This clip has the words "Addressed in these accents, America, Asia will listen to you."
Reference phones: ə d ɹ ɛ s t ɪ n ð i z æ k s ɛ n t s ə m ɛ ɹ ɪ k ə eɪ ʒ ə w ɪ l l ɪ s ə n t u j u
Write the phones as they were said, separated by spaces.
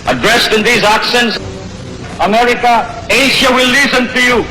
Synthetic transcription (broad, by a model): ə d ɹ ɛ s t ɪ n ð i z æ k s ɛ n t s ə m ɛ ɹ ɪ k ə eɪ ʃ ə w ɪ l l ɪ s ə n t u j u